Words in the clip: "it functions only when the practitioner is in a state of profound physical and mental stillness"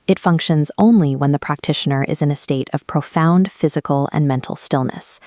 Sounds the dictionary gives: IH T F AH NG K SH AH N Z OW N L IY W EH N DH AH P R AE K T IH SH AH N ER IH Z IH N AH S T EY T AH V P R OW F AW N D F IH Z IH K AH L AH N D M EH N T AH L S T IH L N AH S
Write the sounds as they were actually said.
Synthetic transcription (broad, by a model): IH T F AH NG K SH AH N Z OW N L IY W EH N DH AH P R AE K T IH SH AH N ER IH Z IH N AH S T EY T AH V P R OW F AW N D F IH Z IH K L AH N M EH N T L S T IH L N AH S